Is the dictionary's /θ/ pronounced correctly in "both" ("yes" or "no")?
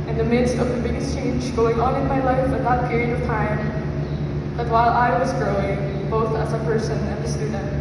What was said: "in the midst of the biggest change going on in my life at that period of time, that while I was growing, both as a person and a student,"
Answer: yes